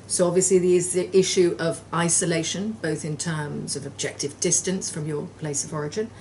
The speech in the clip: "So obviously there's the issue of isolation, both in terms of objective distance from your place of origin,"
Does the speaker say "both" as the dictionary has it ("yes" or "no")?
yes